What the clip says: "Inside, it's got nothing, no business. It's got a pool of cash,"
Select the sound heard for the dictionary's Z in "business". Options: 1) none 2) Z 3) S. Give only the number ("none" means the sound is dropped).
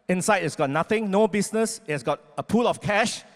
3